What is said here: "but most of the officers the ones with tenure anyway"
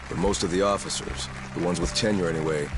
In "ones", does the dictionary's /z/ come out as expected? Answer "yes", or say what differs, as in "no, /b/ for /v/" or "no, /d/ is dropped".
yes